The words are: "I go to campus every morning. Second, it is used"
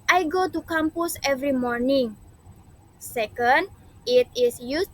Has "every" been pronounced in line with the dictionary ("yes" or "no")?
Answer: yes